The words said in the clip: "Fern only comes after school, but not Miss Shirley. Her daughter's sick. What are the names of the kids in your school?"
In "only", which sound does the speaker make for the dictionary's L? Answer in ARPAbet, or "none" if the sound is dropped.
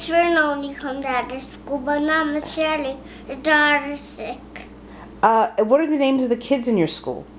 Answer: none